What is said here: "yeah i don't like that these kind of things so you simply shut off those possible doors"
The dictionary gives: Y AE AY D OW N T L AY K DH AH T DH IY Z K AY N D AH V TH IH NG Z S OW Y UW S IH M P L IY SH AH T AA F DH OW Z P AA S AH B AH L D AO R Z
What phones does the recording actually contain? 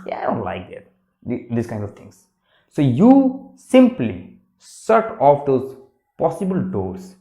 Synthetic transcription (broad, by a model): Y AY D OW N T L AY K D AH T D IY S K AY N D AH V T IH NG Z S OW Y UW S IH M P L IY S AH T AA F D OW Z P AA S AH B AH L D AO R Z